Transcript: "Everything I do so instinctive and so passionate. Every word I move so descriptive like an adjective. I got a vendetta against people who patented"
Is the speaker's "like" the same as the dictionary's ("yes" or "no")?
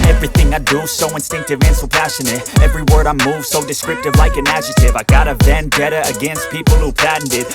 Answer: yes